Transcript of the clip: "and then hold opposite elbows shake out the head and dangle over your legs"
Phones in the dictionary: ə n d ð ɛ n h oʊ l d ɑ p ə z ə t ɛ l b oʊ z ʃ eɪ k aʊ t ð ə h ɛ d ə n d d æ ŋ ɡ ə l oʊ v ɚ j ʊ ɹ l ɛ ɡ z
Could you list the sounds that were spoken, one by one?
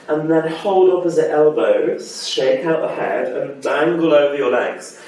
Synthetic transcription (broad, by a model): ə n ð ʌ n h oʊ l d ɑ f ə z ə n ɛ l b oʊ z ʃ eɪ k aʊ t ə h ɛ d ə n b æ ŋ ɡ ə l oʊ v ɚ j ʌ l ɛ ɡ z